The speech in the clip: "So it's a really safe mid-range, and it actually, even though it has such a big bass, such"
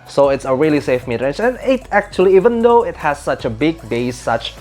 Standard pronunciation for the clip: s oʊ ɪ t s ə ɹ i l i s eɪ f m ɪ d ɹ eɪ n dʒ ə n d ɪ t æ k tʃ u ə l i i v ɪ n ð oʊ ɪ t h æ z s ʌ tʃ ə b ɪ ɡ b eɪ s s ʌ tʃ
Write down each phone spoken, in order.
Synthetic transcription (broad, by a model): s oʊ ɪ t s ə ɹ i l i s eɪ f m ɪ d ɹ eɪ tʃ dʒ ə n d ɪ t æ k tʃ u ə l i i v ɪ n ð oʊ ɪ t h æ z s ʌ tʃ ə b ɪ ɡ b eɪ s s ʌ tʃ